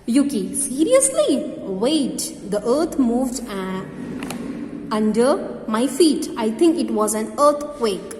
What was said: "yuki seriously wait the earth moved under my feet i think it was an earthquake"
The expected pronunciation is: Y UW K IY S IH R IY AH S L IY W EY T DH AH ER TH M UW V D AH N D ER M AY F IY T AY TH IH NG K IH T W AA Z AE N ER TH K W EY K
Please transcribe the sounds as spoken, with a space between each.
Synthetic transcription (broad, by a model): Y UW K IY S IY R IY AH S L IY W EY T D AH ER T M UW V D AH N D ER M AY F IY T AY T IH NG K IH T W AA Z AE N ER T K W EY K